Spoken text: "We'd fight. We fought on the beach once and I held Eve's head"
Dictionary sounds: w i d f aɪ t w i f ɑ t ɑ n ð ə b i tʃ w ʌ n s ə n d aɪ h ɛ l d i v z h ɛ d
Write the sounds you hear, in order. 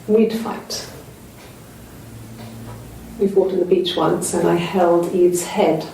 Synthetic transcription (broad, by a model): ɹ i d f aɪ t w i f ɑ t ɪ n ð ə b i tʃ w ʌ n s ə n aɪ h ɛ l d i v z h ɛ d